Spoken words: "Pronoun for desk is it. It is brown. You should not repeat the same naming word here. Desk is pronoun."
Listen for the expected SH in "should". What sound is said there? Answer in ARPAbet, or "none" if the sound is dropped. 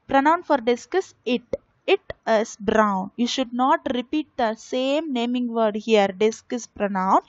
SH